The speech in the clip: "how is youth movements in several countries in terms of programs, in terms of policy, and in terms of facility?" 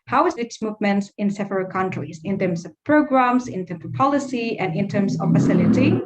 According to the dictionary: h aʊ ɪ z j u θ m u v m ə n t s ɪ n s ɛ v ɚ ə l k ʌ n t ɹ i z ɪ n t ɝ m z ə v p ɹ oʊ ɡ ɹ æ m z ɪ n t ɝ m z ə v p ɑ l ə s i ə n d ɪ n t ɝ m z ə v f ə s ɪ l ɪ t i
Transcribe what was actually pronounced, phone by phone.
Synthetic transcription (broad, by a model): h aʊ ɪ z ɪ s m u v m ə n t s ɪ n s ɛ v ɚ ə l k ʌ n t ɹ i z ɪ n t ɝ m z ə v p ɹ oʊ ɡ ɹ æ m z ɪ n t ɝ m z ə v p ɑ l ə s i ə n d ɪ n t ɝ m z ə v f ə s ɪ l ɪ t i